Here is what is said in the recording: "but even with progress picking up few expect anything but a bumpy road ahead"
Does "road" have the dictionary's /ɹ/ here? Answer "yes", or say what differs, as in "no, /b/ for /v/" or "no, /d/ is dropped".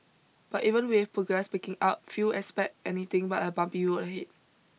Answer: no, /w/ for /ɹ/